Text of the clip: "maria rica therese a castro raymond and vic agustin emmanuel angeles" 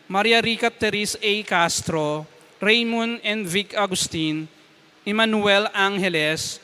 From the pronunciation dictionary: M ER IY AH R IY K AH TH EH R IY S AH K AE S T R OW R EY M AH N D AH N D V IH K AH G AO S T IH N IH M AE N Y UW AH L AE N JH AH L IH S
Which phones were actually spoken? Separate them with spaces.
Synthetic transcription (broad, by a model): M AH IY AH R IY K AH T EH R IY S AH K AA S T R OW R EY M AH N AH N D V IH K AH G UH S T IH N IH M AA N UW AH L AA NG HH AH L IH S